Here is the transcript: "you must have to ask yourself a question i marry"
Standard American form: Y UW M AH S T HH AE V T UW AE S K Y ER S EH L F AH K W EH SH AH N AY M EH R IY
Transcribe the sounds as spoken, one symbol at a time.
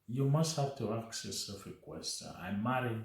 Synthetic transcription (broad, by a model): Y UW M AH S T HH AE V T UW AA K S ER S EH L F AH K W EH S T AY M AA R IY